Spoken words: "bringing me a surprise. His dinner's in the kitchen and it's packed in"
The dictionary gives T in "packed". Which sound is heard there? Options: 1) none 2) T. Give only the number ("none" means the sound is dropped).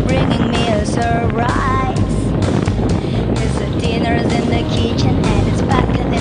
1